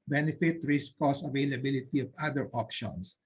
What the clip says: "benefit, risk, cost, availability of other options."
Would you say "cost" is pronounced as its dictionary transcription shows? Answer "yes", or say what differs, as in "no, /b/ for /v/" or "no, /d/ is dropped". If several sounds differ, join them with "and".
no, /t/ is dropped